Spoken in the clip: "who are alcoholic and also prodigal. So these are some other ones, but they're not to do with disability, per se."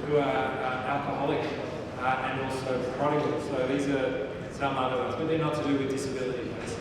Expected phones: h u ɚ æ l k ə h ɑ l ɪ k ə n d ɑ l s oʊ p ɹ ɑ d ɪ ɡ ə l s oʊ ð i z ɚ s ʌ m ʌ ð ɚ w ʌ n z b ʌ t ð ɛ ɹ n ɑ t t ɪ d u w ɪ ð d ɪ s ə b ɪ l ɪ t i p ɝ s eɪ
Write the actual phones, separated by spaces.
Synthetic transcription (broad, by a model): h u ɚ æ l k ə h ɑ l ɪ k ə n ɑ l s oʊ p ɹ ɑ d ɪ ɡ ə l s oʊ ð i z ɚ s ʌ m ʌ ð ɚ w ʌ z b ʌ t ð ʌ ɹ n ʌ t t ɪ d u w ɪ ð d ɪ s ə b ɪ l ɪ t i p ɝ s